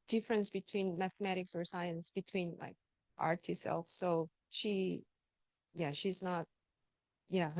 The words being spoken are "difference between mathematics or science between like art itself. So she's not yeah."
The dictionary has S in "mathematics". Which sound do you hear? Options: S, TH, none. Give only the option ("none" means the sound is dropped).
S